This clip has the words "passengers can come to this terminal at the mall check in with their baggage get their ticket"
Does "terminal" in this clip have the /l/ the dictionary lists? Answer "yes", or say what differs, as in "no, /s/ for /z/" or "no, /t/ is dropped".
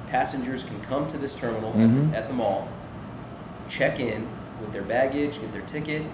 no, /n/ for /l/